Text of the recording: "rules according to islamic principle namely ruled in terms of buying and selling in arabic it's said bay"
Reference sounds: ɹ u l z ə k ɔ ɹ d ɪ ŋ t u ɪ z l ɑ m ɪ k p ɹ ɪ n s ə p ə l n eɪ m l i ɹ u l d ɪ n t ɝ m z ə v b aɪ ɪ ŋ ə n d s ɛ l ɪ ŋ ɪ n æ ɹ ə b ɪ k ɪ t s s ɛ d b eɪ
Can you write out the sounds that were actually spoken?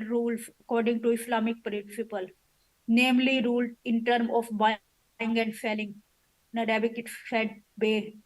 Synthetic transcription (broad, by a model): ɹ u l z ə k ɔ ɹ d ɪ ŋ t u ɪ s l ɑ m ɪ k p ɹ ɪ n s ə p ə l n eɪ m l i ɹ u l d ɪ n t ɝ m ə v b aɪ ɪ ŋ ə n d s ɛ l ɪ ŋ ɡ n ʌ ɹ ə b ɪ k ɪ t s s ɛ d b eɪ